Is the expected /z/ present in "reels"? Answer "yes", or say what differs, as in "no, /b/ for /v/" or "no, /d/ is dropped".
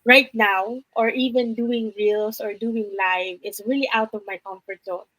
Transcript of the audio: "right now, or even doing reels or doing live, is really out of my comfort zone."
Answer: no, /s/ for /z/